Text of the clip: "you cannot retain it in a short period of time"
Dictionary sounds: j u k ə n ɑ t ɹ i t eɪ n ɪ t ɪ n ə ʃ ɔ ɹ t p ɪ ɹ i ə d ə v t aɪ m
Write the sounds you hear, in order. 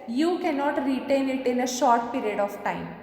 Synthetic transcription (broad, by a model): j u k ə n ɑ t ɹ i t eɪ n ɪ t ɪ n ə ʃ ɔ ɹ t p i ɹ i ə d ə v t aɪ m